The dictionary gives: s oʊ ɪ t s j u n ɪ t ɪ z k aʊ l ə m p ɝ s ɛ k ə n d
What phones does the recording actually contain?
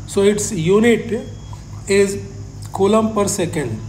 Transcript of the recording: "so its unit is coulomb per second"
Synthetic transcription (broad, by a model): s oʊ ɪ t s j u n ɪ t ɪ z k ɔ l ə m p ɝ s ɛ k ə n d